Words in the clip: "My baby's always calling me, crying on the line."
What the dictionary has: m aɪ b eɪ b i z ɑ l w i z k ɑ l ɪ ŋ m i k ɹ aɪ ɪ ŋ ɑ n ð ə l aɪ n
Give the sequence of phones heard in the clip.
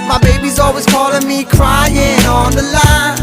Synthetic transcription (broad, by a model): m aɪ b eɪ b i z ɑ l w i z k ɑ l ɪ ŋ m i k ɹ aɪ ɪ ŋ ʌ n ð ə l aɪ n